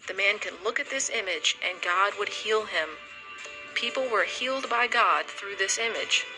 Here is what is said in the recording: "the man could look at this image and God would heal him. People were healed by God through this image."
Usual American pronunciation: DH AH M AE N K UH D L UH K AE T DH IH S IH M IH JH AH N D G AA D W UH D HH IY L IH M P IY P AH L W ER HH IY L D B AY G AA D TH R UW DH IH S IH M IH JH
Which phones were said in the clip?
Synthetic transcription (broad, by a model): DH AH M AE N K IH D L UH K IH T DH IH S IH M IH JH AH N G AA D W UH D HH IY L IH M P IY P L W ER HH IY L D B AY G AA D TH R UW DH IH S IH M IH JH